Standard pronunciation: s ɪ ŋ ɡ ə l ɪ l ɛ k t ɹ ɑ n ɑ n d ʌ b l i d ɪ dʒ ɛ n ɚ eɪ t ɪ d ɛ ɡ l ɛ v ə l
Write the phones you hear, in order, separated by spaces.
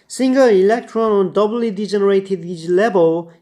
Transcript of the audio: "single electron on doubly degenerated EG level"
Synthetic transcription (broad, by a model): s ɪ ŋ ɡ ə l ɪ l ɛ k t ɹ ɑ n ɑ n d ʌ b l i d ɪ dʒ ɛ n ɚ eɪ t ɪ d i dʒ l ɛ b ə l